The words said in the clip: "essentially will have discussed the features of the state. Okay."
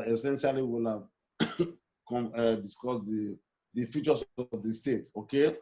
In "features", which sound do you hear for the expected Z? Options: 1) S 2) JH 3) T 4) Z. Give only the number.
1